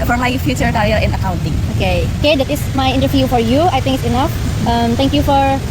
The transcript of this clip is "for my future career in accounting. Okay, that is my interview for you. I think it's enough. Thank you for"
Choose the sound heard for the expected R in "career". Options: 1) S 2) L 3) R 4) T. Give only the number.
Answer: 2